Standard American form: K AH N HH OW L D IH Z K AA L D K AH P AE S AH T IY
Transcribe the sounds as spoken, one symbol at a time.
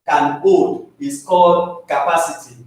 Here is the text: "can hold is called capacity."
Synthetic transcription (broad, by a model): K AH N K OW D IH S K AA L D K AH P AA S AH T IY